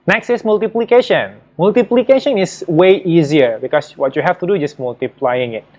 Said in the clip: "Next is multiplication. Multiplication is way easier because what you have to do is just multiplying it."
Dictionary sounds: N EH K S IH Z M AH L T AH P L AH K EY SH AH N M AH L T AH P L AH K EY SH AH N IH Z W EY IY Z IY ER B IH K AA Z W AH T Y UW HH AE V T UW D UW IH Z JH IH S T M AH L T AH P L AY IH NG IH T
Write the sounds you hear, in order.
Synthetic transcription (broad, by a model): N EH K S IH S M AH L T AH P L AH K EY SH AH N M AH L T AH P L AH K EY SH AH N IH S W EY IY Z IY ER B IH K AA S W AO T Y UW HH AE F T UW D UW JH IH S M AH L T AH P L AY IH NG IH T